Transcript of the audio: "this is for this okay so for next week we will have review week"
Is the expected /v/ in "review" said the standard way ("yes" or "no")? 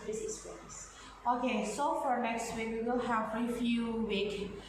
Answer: no